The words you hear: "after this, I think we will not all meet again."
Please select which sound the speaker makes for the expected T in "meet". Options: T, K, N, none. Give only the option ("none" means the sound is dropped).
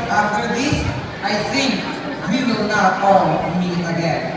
none